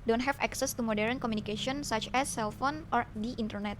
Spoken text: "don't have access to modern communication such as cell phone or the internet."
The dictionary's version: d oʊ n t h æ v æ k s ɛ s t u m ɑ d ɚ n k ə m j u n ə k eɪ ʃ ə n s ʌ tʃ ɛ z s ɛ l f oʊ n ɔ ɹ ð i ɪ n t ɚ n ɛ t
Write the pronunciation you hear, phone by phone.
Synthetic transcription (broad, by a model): d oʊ n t h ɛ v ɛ k s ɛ s t u m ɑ d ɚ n k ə m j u n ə k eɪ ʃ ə n s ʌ tʃ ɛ s ɛ l f oʊ n ɔ ɹ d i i n t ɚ n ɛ t